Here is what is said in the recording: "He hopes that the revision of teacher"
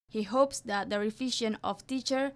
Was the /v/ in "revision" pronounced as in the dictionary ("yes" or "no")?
no